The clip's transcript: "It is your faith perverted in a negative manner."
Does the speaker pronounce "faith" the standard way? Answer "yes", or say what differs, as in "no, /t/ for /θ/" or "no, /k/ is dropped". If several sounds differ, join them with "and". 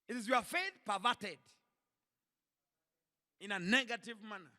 yes